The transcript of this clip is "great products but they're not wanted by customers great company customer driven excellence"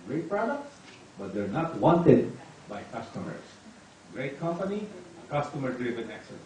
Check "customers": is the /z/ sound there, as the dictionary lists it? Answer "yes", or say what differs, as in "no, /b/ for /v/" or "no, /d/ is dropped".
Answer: no, /s/ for /z/